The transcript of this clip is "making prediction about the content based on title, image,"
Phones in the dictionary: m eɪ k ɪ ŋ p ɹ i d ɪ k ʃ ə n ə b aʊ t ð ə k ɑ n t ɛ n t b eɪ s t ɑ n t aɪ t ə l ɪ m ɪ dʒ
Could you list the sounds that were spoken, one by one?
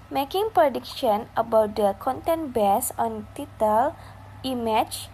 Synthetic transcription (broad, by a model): m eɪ k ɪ ŋ p ɹ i d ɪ k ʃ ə n ə b aʊ t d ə k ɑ n t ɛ n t b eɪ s ɑ n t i t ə l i m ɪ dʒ